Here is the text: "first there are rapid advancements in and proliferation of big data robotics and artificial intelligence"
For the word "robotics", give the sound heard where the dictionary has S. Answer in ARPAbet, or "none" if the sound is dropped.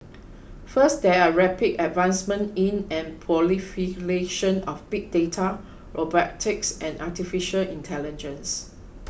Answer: S